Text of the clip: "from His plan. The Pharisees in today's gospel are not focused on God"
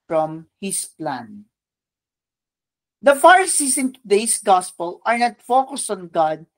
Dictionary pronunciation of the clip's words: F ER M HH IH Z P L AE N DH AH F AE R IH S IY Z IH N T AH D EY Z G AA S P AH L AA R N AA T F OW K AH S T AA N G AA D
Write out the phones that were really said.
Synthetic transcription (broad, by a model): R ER M HH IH S P L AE N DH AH F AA R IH S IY S IH N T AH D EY S G AA S P AH L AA R N AA T F OW K AH S T AA N G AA D